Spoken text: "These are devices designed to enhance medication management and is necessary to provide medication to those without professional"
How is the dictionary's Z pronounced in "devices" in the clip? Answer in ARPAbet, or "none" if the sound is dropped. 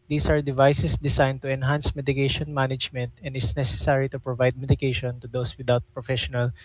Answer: S